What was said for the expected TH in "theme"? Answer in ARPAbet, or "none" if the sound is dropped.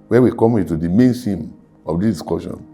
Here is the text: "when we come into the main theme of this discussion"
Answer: S